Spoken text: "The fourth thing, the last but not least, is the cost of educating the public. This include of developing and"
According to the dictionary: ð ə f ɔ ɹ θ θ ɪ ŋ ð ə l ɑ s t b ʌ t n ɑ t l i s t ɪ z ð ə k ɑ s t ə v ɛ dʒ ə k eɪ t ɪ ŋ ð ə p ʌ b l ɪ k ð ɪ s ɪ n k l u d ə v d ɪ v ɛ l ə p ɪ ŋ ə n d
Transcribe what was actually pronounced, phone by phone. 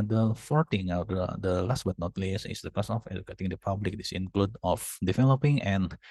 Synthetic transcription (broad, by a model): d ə f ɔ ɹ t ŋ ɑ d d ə l ɑ s t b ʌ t n ɑ t l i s ɪ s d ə k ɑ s ə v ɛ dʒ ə k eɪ t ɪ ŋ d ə p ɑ b l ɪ k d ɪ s ɪ n k l u d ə f d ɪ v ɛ l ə p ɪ ŋ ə n